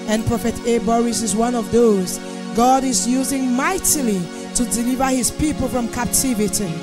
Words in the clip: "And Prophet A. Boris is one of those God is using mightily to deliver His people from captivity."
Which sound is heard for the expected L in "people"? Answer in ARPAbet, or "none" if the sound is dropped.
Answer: L